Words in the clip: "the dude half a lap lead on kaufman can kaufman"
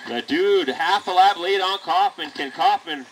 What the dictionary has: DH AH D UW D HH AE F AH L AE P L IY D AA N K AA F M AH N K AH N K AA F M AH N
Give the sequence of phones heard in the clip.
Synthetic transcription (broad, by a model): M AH D UW D HH AE F AH L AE B L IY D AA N K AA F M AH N K AH N K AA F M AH N